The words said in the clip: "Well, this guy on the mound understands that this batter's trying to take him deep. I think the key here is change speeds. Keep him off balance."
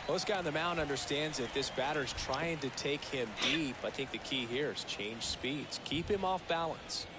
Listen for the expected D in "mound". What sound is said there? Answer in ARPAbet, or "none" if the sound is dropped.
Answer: none